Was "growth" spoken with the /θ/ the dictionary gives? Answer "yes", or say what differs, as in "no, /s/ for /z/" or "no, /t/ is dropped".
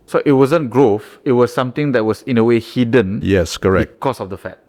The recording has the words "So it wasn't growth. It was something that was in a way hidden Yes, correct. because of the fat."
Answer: no, /f/ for /θ/